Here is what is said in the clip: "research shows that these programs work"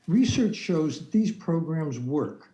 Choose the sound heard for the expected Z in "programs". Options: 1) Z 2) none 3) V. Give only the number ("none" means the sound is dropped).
1